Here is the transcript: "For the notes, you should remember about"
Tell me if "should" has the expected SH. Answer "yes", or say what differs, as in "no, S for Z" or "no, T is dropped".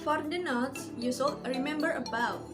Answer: no, S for SH